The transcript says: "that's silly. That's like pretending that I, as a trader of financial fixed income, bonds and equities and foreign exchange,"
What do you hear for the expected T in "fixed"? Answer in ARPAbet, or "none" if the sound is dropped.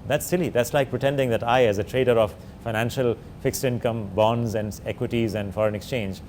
T